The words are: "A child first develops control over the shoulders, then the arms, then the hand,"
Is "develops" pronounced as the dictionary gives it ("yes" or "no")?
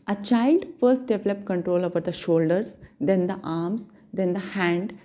no